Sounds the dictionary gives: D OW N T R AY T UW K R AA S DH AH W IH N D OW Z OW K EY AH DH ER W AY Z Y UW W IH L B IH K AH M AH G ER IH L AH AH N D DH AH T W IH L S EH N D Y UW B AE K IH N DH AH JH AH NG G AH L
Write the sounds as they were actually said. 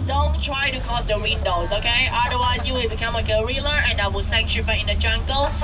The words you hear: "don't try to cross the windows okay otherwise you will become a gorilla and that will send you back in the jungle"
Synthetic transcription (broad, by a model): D OW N T R AY T UW K AA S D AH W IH N D OW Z OW K EY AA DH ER W AY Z Y UW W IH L B IH K AH M AH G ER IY L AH AH N D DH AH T W IH L S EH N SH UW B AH IH N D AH JH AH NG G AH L